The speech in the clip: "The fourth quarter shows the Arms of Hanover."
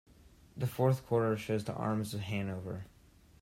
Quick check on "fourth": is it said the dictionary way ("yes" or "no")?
yes